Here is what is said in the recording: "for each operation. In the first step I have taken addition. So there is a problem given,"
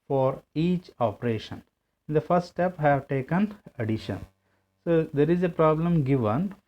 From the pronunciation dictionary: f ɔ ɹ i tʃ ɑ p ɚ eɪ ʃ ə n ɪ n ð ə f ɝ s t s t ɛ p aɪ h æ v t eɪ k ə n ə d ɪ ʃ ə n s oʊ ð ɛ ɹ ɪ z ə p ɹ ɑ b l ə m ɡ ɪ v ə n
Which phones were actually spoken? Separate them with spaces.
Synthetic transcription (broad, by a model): f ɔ ɹ i tʃ ɑ p ɚ eɪ ʃ ə n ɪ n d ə f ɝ s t s t ɛ p h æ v t eɪ k ə n ə d ɪ ʃ ə n s oʊ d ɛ ɹ ɪ z ə p ɹ ɑ b l ə m ɡ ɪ v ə n